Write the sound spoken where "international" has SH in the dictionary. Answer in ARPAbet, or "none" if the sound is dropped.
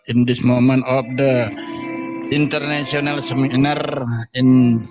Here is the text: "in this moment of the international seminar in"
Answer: S